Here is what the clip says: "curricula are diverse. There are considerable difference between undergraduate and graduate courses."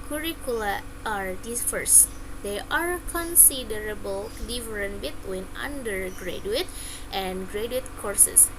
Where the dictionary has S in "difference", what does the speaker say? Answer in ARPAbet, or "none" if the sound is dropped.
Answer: none